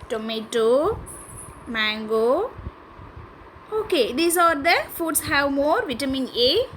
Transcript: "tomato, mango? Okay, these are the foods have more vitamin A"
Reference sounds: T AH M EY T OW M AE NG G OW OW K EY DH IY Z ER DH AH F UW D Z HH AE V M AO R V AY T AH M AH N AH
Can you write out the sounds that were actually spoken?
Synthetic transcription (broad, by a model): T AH M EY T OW M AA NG G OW OW K EY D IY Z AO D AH F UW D S HH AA W M AO R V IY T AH M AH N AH